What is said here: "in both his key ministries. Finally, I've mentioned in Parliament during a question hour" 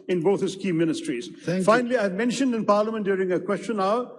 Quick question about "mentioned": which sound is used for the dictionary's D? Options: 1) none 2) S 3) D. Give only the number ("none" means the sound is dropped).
3